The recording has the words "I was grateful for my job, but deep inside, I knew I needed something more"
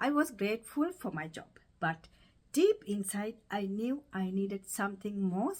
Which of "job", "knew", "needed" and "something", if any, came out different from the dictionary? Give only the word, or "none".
something